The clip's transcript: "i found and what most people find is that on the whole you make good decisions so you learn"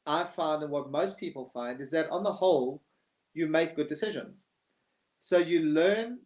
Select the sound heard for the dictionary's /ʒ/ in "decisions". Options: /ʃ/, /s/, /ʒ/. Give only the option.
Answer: /ʒ/